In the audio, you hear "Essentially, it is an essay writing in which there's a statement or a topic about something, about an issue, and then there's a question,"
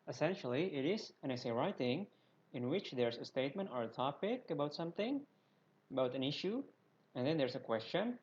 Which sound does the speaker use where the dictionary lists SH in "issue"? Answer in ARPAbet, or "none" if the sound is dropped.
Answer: SH